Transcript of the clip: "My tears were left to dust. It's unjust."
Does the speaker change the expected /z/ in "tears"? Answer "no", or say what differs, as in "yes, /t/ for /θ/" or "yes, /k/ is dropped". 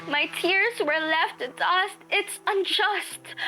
no